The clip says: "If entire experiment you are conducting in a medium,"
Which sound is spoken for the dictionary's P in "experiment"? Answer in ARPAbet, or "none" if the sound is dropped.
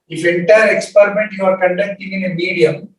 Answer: P